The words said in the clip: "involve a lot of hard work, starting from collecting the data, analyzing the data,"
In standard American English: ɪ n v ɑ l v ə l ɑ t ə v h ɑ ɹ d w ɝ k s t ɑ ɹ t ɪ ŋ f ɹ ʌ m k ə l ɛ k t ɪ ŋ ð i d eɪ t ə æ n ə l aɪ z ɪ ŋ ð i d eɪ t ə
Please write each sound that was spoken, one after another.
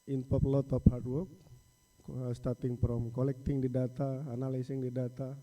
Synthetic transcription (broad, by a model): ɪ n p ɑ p l ɑ t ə p h ɑ ɹ d w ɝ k s t ɑ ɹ t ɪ ŋ p ɹ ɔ m k ə l ɛ k t ɪ ŋ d i d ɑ t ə n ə l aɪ s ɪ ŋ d i d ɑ t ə